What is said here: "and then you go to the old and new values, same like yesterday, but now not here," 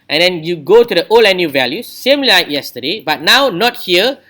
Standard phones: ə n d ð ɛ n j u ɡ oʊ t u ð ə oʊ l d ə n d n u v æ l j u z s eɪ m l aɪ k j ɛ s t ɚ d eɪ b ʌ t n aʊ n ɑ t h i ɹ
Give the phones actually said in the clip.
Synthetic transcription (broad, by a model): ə n d ɛ n j u ɡ oʊ t u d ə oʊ l ə n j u v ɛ l j u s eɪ m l aɪ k j ɛ s t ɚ d eɪ b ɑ t n aʊ n ɑ t h i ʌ